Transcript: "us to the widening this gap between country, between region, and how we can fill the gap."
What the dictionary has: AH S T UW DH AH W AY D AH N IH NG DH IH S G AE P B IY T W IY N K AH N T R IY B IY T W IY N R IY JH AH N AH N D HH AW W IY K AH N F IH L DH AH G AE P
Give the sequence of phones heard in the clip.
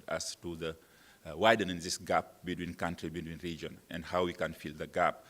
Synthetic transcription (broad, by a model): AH S T UW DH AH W AY D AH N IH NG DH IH S G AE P B IY T W IY N K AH N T R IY B IY T W IY N R IY JH AH N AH N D HH AW W IY K AH N F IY L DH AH G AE P